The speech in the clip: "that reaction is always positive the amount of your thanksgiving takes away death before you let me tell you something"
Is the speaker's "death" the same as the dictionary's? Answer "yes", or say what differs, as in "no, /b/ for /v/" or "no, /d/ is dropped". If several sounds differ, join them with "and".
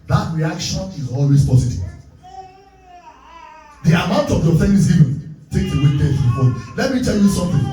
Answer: no, /s/ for /θ/